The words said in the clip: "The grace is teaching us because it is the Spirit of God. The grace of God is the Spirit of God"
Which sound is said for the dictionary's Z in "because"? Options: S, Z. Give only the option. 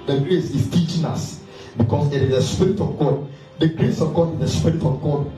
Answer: S